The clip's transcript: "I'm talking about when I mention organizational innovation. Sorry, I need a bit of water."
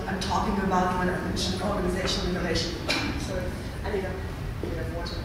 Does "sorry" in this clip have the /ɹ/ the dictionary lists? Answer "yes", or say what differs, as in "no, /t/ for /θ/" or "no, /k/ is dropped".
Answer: no, /ɹ/ is dropped